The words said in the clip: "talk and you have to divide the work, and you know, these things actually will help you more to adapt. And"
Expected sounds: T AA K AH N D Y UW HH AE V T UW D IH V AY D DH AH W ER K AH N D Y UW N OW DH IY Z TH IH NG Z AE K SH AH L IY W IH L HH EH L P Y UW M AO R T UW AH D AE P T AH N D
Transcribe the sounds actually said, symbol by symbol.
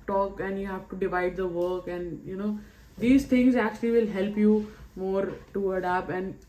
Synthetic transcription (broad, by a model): T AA K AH N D Y UW HH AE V T UW D IH V AY D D AH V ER K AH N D Y UW N OW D IY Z T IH NG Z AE K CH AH L IY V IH L HH EH L P Y UW M AO R T UW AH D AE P AH N D